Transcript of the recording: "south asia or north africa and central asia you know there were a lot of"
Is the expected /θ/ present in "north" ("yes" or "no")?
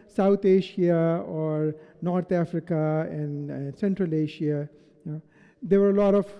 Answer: no